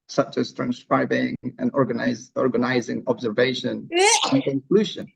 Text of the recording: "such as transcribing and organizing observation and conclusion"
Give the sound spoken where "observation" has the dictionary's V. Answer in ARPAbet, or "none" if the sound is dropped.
V